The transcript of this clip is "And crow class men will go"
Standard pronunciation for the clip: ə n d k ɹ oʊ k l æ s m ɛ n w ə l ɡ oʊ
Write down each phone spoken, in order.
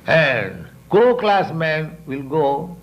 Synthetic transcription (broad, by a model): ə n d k oʊ k l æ s m ɛ n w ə l ɡ oʊ